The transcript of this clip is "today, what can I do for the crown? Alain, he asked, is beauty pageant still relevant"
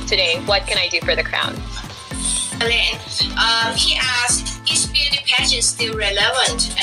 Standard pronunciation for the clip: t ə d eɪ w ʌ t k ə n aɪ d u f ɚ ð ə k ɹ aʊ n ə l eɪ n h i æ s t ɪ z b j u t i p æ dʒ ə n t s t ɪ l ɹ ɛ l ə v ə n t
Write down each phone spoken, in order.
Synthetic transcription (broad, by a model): t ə d eɪ w ʌ t k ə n aɪ d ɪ f ɚ ð ə k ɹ aʊ n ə n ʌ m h i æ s ɪ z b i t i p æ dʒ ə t s t ɪ l ɹ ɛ l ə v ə n t